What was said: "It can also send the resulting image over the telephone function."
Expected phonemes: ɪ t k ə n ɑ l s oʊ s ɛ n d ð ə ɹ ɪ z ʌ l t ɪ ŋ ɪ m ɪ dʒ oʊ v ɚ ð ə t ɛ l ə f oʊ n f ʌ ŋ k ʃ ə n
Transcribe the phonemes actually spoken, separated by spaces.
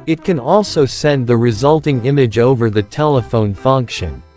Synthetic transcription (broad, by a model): ɪ t k ə n ɑ l s oʊ s ɛ n ð ə ɹ ɪ z ʌ l t ɪ ŋ ɪ m ɪ dʒ oʊ v ɚ ð ə t ɛ l ə f oʊ n f ʌ ŋ k ʃ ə n